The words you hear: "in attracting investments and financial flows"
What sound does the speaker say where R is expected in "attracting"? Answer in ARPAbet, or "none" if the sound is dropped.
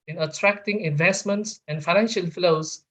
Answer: R